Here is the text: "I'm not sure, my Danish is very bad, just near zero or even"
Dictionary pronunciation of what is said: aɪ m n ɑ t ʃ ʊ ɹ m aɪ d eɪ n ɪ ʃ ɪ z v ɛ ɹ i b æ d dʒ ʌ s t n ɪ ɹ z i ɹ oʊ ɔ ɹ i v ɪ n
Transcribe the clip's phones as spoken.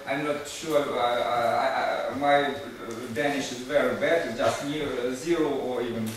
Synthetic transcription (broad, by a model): aɪ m n ɑ t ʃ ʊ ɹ m aɪ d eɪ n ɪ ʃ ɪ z v ɛ ɹ i b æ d dʒ ʌ s t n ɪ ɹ z i ɹ oʊ ɔ ɹ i v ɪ n